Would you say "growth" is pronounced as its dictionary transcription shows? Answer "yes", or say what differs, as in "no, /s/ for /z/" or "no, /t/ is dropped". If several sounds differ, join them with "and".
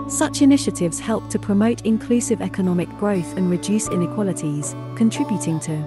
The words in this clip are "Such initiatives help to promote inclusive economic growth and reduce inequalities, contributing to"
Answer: yes